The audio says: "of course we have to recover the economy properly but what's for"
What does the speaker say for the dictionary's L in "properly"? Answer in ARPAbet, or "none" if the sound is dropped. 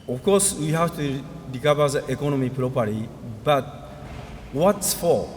none